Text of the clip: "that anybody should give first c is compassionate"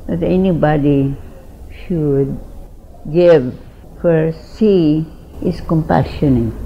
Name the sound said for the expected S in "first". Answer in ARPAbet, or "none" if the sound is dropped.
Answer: none